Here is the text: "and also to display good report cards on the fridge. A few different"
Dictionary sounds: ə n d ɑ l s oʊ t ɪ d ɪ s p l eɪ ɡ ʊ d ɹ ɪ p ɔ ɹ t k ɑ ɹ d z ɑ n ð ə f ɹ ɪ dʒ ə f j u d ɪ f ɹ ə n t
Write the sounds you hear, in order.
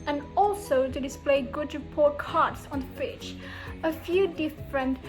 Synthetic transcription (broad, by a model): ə n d ɑ l s oʊ t ɪ d ɪ s p l eɪ ɡ ʊ d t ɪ p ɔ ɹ k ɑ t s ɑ n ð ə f ɪ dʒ ə f j u d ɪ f ɹ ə n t